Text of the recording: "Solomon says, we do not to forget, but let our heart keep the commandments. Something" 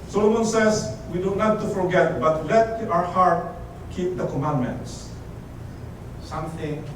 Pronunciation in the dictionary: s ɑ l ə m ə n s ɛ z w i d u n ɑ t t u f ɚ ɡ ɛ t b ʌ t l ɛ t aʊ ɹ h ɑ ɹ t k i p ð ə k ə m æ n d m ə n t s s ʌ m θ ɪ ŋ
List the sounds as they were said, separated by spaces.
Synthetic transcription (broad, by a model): s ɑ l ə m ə n s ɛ s w i d u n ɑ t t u f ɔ ɡ ɛ t b ʌ t l ɛ t aʊ ɹ h ɑ ɹ t k i p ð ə k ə m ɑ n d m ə n t s s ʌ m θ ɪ ŋ